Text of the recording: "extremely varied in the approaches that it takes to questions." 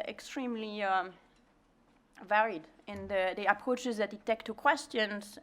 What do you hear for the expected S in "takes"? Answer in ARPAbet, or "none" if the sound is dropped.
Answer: none